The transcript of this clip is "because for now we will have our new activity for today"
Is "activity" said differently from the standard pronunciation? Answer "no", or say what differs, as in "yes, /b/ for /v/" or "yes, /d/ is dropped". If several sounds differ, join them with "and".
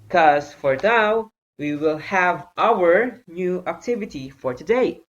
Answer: no